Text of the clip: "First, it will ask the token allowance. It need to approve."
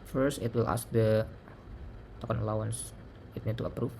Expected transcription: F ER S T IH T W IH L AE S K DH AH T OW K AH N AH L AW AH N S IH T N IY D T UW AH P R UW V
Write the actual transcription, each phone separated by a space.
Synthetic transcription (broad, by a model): F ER S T IH T W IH L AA S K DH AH T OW K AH N AH L AW AH N S IH T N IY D T UW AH P R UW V